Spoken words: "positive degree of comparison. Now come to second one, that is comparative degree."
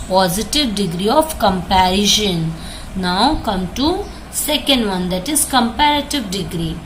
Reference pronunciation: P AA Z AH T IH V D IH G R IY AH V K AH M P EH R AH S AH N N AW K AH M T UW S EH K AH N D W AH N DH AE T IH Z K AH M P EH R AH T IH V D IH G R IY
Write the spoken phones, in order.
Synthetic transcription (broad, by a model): P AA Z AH T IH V D IH G R IY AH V K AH M P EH R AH SH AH N N AW K AH M T UW S EH K AH N D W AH N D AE T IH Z K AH M P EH R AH T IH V D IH G R IY